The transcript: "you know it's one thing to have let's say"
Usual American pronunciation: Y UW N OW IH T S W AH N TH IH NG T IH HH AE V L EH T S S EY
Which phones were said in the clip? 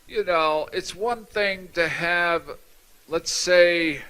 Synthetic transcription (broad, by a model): Y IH N OW IH T S W AH N TH IH NG T IH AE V L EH T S S EY